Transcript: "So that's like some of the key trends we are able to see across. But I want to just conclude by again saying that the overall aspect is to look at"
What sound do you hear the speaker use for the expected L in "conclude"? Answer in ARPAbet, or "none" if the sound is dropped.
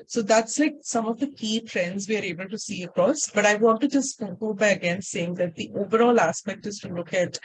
none